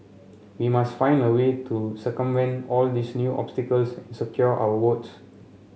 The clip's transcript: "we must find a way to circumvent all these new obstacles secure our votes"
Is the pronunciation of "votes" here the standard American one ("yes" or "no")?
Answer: no